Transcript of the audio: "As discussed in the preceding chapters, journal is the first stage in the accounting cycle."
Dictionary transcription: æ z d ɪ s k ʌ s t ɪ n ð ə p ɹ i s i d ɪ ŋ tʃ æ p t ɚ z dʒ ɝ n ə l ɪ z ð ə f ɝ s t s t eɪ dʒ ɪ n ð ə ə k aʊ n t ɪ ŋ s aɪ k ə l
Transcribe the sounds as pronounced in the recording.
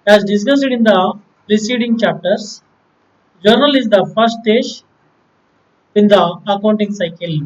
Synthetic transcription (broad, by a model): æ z d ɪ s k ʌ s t ɪ n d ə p ɹ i s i d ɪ ŋ tʃ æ p t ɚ s dʒ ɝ n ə l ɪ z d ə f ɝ t s t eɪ ʃ ɪ n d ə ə k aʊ n t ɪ ŋ s aɪ k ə l